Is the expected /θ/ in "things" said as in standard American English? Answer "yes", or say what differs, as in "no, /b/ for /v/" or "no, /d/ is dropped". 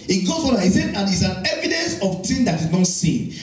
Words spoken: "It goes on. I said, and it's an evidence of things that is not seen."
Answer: no, /t/ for /θ/